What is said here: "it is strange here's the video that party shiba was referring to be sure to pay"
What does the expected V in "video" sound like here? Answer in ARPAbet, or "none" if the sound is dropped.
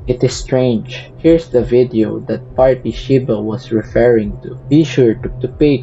V